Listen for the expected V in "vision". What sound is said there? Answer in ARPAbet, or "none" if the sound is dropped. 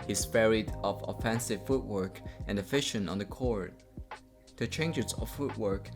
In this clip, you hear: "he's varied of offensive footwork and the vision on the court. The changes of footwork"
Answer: F